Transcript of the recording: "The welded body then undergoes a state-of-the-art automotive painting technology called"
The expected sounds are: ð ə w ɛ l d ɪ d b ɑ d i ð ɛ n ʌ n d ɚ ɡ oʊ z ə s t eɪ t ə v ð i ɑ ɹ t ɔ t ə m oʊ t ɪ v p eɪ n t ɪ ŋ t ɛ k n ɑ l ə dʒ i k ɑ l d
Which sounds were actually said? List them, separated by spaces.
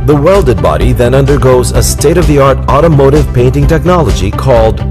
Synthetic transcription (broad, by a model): ð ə w ɛ l d ɪ d b ɑ d i ð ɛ n ʌ n d ɚ ɡ oʊ z ə s t eɪ t ə v ð i ɑ ɹ t ɔ t ə m oʊ t ɪ v p eɪ n t ɪ ŋ t ɛ k n ɑ l ə dʒ i k ɑ l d